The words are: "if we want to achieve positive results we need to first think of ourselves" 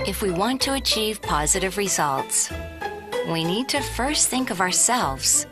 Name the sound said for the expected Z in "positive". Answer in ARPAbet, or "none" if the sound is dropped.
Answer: Z